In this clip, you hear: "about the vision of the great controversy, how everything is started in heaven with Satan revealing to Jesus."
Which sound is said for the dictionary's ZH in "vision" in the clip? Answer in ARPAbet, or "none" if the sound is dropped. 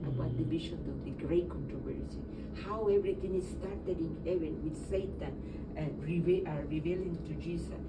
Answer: SH